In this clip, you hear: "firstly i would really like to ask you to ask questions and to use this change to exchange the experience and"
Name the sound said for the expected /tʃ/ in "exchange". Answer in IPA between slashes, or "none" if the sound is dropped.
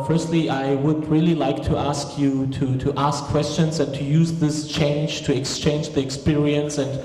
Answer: /tʃ/